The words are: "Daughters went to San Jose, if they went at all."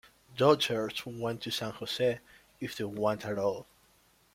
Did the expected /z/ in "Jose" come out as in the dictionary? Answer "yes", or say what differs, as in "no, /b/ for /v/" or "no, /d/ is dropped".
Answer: no, /s/ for /z/